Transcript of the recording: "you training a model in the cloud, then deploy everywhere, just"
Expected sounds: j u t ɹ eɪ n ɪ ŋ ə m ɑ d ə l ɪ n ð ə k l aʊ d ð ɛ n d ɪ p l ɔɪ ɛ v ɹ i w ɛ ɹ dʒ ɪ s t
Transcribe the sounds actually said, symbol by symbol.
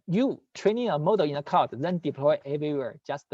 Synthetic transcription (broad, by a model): j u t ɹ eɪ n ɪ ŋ ə m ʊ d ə ɪ n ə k aʊ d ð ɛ n d ɪ p l ɔɪ ɛ v ɹ i w ɛ ɹ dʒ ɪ s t